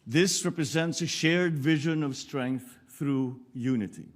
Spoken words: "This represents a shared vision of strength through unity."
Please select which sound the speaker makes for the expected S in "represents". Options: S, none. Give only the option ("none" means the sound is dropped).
S